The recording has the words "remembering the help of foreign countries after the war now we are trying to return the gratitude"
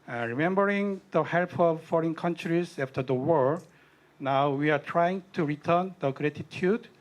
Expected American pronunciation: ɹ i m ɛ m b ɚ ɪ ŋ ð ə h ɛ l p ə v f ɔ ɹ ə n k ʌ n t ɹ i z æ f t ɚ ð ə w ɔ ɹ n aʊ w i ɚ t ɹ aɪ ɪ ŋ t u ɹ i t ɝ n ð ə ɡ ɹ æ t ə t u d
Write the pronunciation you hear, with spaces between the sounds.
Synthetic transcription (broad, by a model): ɹ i m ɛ m b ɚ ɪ ŋ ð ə h ɛ l p ə v f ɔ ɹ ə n k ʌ n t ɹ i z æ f t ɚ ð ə w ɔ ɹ n aʊ w i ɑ t ɹ aɪ ɪ ŋ t u ɹ i t ɝ n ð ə ɡ ɹ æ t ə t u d